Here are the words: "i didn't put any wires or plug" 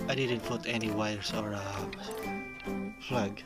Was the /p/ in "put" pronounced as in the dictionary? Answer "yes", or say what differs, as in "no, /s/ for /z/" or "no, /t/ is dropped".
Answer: no, /f/ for /p/